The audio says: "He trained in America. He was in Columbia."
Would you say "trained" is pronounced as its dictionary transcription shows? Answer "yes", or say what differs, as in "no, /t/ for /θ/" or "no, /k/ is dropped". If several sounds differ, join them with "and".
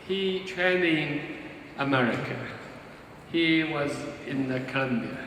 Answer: no, /d/ is dropped